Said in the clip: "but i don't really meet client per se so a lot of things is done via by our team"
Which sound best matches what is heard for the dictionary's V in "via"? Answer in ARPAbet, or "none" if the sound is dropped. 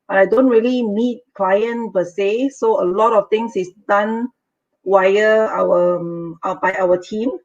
W